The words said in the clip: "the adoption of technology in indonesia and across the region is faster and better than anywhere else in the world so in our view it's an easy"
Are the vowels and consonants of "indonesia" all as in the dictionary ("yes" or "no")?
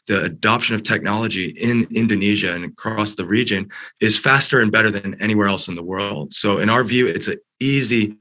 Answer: yes